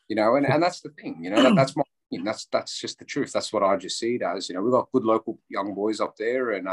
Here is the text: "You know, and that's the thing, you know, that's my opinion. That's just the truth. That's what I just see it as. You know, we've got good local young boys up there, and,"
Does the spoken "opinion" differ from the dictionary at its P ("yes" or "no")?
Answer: yes